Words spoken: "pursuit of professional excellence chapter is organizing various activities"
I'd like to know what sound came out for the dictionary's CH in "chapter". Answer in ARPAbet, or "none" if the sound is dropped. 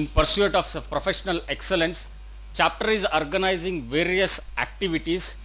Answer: CH